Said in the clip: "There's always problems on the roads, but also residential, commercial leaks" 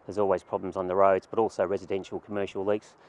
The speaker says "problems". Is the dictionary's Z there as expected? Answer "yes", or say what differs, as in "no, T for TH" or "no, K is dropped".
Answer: yes